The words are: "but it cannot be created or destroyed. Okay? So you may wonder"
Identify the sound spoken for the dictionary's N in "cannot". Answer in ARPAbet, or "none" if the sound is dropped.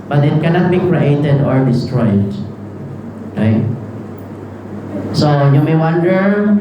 N